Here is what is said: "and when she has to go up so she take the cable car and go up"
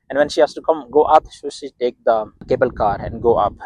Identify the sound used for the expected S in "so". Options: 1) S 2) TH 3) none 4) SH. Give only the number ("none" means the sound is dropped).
4